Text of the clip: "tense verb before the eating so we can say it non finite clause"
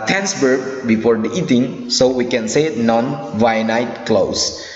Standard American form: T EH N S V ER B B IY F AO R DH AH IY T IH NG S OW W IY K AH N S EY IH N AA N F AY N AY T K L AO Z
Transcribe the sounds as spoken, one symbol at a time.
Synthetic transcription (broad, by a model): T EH N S B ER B B IY F AO R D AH IY T IH NG S OW W IY K AH N S EY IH N AA N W AY N AY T K L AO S